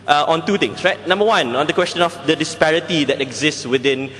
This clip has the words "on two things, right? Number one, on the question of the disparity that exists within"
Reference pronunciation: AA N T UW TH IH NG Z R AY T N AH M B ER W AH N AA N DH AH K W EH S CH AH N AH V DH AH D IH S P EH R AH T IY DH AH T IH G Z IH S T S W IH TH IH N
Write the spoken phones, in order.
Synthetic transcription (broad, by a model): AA N T UW T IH NG S R AY T N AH M B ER W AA N AA N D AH K W EH S CH AH N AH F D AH D IH S P EH R AH T IY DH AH T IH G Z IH S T S W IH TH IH N